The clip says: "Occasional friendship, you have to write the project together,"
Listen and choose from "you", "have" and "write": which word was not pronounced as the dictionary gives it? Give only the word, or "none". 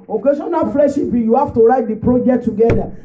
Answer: have